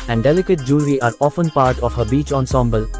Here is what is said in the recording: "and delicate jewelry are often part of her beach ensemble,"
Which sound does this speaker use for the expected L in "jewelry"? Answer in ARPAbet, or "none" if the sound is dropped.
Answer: none